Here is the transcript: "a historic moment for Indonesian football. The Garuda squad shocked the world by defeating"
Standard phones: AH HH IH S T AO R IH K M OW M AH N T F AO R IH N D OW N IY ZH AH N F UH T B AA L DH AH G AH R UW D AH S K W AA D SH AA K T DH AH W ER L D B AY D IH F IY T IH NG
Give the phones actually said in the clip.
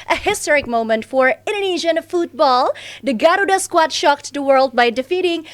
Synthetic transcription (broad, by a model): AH HH IH S T AO R IH K M OW M AH N T F AO R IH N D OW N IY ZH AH N F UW T B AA L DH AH G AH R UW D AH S K W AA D SH AA K T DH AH W ER L D B AY D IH F IY T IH NG